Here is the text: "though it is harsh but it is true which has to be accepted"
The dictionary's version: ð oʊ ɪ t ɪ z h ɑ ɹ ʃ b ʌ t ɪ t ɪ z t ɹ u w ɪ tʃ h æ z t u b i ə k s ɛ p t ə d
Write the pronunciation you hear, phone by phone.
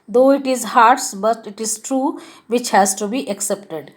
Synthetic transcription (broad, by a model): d oʊ ɪ t ɪ z h ɑ ɹ s b ʌ t ɪ t ɪ z t ɹ u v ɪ tʃ h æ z t u b i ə k s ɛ p t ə d